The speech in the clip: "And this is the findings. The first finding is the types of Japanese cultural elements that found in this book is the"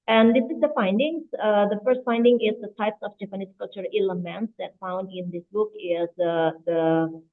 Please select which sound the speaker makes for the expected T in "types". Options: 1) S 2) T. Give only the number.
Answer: 2